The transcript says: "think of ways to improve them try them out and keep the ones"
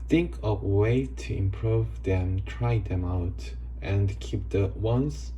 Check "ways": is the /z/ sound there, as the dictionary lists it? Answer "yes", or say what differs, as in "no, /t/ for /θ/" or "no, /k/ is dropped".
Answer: no, /z/ is dropped